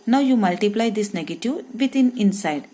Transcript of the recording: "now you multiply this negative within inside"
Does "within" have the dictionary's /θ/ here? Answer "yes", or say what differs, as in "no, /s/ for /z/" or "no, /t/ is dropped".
no, /t/ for /θ/